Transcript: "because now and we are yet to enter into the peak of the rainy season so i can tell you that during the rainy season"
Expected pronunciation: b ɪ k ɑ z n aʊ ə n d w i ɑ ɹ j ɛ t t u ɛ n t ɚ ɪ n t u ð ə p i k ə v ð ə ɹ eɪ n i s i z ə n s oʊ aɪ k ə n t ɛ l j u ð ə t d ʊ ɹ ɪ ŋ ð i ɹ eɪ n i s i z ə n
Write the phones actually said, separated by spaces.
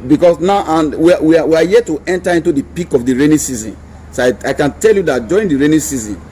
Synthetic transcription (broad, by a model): b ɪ k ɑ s n aʊ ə n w w i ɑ w j ɛ t t u ɛ n t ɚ ɪ n t u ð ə p i k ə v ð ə ɹ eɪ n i s i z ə n s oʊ aɪ k ə n t ɛ l j u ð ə t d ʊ ɹ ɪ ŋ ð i ɹ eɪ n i s i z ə n